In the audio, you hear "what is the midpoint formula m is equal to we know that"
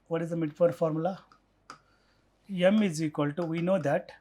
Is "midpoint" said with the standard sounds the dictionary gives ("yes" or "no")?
no